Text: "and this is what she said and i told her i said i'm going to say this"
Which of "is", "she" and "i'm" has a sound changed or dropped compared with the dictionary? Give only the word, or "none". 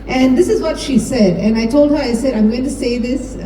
none